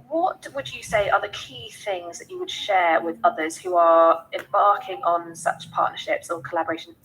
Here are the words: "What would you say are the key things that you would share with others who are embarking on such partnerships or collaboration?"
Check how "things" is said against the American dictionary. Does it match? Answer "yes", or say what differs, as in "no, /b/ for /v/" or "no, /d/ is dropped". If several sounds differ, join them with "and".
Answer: yes